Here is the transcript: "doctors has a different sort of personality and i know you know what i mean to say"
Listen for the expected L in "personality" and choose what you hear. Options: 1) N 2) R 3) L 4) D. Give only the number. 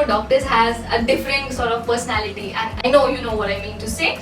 3